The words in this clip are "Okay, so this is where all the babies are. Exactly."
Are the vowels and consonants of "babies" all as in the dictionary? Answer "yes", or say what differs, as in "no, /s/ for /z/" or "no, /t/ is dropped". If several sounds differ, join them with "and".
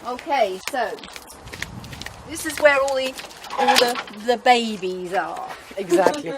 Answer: yes